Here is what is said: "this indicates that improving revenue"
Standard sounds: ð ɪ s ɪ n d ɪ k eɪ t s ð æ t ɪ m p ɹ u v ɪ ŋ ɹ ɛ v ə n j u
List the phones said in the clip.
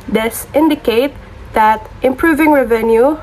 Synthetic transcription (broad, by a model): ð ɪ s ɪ n d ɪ k eɪ t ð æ t ɪ m p ɹ u v ɪ ŋ ɹ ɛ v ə n j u